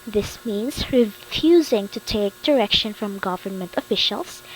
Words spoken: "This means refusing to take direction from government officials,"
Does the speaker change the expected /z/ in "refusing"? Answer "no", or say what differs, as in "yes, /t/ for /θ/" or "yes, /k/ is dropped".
no